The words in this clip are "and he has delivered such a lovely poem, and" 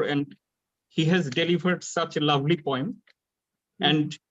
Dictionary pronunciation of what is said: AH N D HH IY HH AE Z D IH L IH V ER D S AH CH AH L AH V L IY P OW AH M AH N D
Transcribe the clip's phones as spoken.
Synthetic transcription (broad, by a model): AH N D HH IY HH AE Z D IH L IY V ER D S AH CH L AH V L IY P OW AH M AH N D